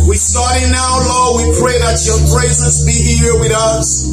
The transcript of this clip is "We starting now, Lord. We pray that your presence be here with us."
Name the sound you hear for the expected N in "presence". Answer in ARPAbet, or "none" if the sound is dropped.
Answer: none